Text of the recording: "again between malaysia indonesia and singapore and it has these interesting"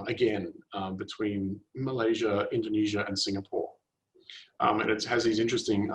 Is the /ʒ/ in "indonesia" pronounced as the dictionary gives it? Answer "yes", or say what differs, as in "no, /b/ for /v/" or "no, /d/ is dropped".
yes